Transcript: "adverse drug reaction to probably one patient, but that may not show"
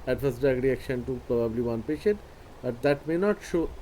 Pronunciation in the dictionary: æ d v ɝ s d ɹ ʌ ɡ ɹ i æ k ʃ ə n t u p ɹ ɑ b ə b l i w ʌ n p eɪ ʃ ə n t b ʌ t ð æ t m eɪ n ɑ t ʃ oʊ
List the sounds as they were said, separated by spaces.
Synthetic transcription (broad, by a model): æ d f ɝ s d ʌ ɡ ɹ i æ k ʃ ə n t u p ɹ ɑ b ə b l i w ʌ n p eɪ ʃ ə n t b ʌ t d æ t m eɪ n ɑ t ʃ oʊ